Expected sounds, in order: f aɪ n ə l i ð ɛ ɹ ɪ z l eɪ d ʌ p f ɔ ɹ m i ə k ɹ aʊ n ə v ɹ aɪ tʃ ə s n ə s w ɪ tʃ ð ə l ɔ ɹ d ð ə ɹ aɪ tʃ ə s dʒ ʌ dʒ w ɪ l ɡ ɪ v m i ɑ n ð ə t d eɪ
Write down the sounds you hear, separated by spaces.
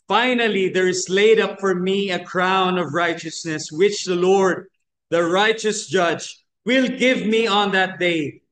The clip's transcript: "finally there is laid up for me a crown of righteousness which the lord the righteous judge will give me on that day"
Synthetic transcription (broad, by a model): f aɪ n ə l i ð ɛ ɹ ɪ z l eɪ d ʌ p f ɔ ɹ m i ə k ɹ aʊ n ə v ɹ aɪ tʃ ə s n ə s w ɪ tʃ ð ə l ɔ ɹ d ð ə ɹ aɪ tʃ ə s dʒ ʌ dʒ w ɪ l ɡ ɪ v m i ɑ n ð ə t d eɪ